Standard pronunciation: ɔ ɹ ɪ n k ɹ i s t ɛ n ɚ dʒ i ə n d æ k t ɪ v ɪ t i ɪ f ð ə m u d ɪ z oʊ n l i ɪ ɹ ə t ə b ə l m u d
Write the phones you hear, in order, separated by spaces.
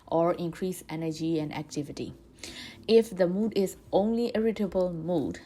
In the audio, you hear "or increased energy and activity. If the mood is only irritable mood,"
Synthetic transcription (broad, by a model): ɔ ɹ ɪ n k ɹ i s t ɛ n ɚ dʒ i ə n d æ k t ɪ v ɪ t i ɪ f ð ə m u d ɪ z oʊ n l i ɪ ɹ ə t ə b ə l m u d